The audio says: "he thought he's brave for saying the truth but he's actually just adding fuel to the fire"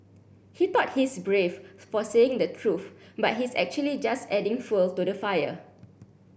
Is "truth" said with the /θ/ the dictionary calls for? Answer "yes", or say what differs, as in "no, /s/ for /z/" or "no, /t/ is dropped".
no, /f/ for /θ/